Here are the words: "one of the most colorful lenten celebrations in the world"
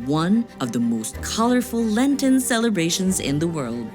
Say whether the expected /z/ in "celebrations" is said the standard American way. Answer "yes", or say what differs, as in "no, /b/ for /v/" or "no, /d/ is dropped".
yes